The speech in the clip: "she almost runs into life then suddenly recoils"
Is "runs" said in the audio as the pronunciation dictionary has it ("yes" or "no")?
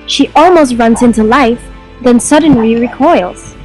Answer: yes